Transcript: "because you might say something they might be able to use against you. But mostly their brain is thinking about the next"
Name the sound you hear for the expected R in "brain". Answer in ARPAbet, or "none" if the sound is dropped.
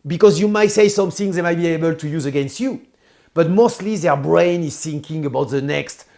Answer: R